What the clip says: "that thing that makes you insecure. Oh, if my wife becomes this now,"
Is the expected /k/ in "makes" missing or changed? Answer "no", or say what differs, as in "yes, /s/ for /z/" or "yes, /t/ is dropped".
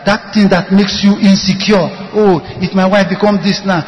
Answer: no